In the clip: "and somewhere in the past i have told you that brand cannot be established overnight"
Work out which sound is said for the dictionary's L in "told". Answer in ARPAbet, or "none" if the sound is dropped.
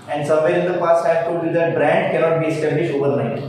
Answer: none